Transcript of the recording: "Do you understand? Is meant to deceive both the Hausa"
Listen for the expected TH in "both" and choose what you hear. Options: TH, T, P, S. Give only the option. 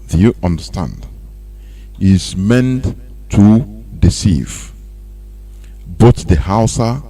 T